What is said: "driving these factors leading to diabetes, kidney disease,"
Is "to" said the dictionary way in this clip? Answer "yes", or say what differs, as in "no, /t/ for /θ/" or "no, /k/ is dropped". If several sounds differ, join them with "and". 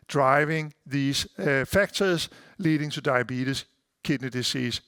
no, /s/ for /t/